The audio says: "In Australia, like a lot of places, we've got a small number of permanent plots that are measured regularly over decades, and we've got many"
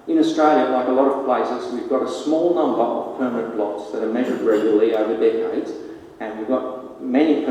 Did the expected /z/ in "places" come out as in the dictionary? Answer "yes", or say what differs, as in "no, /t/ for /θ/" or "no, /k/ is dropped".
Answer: yes